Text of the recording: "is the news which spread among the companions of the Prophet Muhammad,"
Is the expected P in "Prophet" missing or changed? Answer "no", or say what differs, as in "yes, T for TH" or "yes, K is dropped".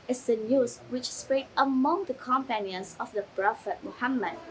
yes, B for P